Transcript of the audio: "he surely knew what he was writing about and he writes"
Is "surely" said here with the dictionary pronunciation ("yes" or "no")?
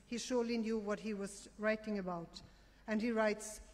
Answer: yes